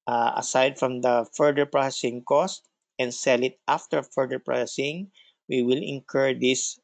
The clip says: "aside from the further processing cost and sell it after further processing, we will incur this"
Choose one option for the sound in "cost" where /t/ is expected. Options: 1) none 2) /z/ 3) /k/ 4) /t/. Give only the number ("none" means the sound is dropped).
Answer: 4